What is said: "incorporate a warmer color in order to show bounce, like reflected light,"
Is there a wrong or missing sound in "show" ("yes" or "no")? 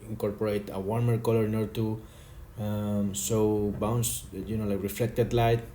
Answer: yes